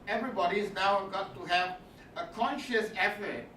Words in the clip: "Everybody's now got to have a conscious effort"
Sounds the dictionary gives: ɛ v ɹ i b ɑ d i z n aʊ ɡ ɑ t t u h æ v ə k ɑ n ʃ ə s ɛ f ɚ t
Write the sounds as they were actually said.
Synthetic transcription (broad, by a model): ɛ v ɹ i b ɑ d i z n aʊ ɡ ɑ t t u h æ v ə k ɑ n ʃ ə s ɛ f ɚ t